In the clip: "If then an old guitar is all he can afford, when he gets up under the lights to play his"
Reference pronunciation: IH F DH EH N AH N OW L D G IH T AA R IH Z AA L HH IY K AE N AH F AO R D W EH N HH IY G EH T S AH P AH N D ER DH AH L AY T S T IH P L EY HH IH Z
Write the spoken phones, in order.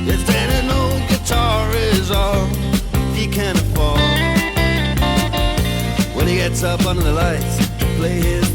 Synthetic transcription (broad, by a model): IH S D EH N AH N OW G IH T AA R IH Z AA L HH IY K AE N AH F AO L W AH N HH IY G EH T S AH P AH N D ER DH AH L AY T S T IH P L EY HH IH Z